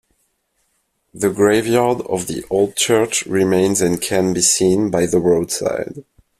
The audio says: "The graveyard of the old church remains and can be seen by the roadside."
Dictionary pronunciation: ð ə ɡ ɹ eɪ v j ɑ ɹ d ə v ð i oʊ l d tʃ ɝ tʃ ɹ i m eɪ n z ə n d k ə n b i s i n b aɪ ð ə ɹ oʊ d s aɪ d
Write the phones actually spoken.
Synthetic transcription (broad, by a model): ð ə ɡ ɹ eɪ v j ɑ ɹ d ə v ð i oʊ l d tʃ ɝ tʃ ɹ i m eɪ n z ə n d k ə n b i s i n b aɪ ð ə ɹ oʊ d s aɪ d